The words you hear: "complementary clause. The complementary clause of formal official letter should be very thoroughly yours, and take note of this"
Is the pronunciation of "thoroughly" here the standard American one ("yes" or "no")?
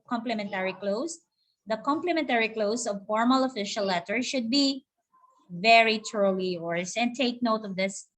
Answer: no